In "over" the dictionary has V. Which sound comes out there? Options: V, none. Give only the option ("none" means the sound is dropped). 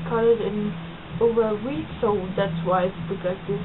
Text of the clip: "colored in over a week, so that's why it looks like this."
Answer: V